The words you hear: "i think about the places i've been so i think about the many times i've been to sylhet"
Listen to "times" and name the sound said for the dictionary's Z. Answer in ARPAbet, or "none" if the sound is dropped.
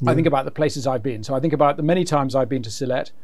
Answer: Z